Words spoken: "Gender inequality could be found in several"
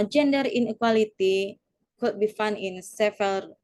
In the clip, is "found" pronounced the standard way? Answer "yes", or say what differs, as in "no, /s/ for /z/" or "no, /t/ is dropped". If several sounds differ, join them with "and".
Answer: no, /d/ is dropped